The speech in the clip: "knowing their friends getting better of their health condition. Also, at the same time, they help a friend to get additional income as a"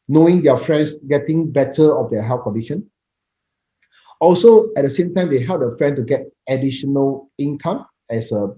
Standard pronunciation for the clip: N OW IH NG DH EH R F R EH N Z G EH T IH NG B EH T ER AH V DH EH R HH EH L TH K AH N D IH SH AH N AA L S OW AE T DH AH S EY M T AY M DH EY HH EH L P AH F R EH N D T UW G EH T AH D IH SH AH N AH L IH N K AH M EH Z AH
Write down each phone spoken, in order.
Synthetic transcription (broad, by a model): N OW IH NG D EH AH F R EH N S G EH T IH NG B EH T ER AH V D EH HH EH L F K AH N D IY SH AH N AA L S OW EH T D AH S EY M T AY M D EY HH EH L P AH F R EH N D T UW G EH T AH D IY SH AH N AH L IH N K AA M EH S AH